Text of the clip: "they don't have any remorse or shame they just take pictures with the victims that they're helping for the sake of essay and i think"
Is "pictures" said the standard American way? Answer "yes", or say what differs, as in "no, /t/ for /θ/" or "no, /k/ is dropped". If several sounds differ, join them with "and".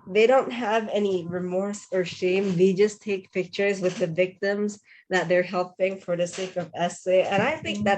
yes